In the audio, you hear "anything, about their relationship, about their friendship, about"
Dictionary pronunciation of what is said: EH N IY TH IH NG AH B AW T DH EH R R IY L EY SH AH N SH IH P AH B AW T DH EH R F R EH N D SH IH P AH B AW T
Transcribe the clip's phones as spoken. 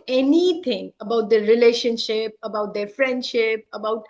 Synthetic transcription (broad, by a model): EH N IY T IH NG AH B AW T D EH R R IY L EY SH AH N SH IH P AH B AW T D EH R F R EH N D SH IH P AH B AW T